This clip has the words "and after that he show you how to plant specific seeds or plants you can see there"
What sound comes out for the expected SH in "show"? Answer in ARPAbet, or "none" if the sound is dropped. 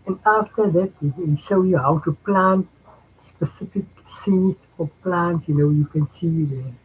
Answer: SH